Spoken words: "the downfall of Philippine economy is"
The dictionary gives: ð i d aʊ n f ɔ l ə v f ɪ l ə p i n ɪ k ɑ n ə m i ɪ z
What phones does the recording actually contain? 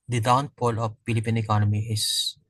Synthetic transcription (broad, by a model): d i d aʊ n p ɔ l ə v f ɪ l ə p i n ɪ k ɑ n ə m i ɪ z